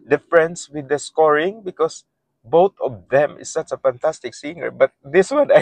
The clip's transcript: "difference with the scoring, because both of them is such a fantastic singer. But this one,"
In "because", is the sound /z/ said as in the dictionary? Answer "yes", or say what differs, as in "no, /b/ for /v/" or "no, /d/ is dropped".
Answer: no, /s/ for /z/